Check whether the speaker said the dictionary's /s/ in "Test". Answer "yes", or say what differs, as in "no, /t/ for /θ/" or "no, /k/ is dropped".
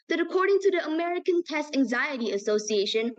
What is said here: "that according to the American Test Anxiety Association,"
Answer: yes